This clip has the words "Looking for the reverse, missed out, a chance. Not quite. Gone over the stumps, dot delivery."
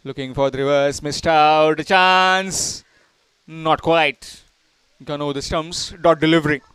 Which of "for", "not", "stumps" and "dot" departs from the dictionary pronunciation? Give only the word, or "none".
stumps